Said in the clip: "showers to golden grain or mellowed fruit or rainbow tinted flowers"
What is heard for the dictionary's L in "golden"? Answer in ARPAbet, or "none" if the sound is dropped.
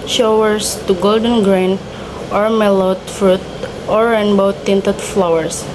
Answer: L